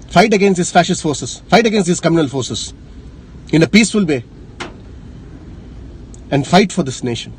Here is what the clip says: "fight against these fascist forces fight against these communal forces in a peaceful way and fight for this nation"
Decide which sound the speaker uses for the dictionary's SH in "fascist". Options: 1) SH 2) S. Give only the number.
1